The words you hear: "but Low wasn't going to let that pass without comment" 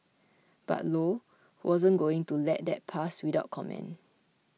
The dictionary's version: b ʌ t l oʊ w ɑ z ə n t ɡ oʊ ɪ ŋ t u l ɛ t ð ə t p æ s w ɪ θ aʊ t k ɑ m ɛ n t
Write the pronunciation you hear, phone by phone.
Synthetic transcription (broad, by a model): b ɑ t l oʊ w ɑ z ə n ɡ oʊ ɪ ŋ t u l ɛ t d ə t p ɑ s w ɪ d aʊ t k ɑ m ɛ n